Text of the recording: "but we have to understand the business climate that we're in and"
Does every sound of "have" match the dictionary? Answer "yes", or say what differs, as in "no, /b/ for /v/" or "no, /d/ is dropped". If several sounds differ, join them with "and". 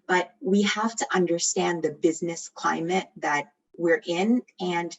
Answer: no, /f/ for /v/